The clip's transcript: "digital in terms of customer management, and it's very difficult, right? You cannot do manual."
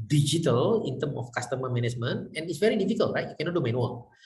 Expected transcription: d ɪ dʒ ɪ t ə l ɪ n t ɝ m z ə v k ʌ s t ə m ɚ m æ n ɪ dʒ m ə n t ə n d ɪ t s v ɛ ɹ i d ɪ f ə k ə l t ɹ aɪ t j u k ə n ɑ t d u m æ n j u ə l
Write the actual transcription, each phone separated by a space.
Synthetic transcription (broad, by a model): d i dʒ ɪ t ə l ɪ n t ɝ m ə f k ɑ s t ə m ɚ m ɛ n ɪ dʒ m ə n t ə n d ɪ t s v ɛ ɹ i d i f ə k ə l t ɹ aɪ t j u k ə n ɑ t d u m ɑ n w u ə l